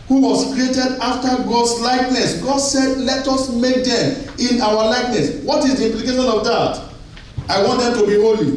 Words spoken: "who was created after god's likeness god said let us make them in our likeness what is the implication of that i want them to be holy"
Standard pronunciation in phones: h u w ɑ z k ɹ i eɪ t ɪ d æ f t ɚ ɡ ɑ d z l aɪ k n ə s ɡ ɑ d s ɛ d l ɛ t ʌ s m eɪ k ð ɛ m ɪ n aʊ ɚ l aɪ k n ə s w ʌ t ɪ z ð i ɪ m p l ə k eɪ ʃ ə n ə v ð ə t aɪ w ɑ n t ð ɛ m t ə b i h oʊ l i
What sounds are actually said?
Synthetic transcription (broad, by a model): h u w ɑ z k ɹ i eɪ t ɪ d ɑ f t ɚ ɡ ɑ d s l aɪ k n ə s ɡ ɑ d s ɛ d l ɛ t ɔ s m eɪ k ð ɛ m ɪ n aʊ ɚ l aɪ k n ə s w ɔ t ɪ z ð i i m p l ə k eɪ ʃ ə n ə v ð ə t aɪ w ɑ n t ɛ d t ə b i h oʊ l i